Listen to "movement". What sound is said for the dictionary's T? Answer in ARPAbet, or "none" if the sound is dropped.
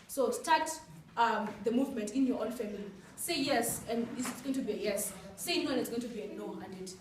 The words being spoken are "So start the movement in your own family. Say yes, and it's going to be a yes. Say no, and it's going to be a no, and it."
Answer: T